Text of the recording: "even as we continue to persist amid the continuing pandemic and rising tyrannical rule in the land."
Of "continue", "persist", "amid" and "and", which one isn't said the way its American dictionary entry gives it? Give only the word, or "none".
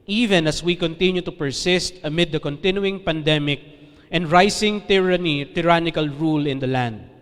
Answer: none